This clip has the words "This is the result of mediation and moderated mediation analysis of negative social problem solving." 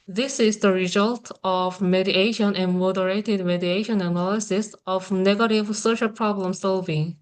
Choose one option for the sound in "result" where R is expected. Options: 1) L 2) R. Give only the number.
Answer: 2